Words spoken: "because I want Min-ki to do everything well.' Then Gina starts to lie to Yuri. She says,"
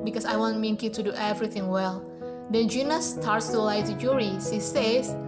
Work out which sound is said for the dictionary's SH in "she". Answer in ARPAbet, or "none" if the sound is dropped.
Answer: S